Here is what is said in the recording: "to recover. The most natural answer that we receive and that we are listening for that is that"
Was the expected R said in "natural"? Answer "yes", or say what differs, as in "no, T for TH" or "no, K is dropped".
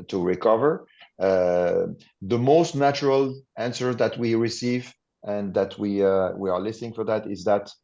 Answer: yes